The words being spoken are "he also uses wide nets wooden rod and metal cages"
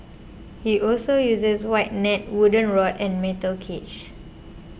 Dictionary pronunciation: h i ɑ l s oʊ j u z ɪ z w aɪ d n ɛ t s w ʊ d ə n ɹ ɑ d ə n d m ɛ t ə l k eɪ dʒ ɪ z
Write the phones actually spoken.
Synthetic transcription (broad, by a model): h i ɑ l s oʊ j u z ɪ s w aɪ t n ɛ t w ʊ d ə n ɹ ɑ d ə n m ɛ t ə l k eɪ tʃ